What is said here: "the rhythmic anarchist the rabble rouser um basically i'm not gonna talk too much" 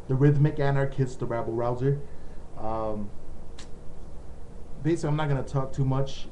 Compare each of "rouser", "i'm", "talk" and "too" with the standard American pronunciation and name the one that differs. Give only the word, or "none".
none